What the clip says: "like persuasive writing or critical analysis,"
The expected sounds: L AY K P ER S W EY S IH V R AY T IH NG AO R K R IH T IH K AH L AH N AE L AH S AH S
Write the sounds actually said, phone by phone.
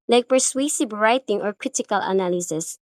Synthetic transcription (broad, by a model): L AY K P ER S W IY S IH B R AY T IH NG AO R K R IH T IH K AH L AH N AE L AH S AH S